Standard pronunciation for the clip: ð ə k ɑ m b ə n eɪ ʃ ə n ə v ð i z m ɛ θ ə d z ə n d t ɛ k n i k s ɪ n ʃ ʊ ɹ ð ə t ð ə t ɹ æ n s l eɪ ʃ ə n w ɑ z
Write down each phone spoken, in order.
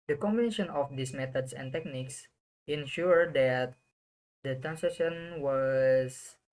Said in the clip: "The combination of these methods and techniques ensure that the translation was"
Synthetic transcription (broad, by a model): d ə k ɑ m b ə n eɪ ʃ ə n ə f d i s m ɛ t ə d s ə n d t ɛ k n i k s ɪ n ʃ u ɹ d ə t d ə t ɹ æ n s eɪ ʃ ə n w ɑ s